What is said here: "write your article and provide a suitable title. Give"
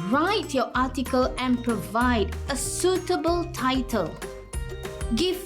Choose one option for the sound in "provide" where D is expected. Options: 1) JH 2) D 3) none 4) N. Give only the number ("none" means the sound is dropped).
2